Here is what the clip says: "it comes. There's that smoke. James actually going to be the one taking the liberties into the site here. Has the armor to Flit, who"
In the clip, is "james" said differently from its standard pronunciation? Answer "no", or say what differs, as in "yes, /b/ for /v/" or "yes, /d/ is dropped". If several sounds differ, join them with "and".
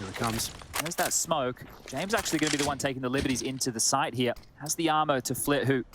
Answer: no